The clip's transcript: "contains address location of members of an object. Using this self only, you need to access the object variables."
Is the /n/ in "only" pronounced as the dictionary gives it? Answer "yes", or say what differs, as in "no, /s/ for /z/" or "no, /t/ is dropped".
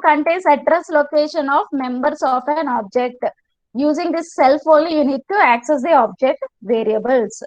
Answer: no, /n/ is dropped